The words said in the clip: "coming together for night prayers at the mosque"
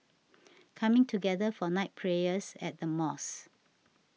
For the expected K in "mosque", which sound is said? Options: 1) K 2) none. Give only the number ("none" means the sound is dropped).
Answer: 2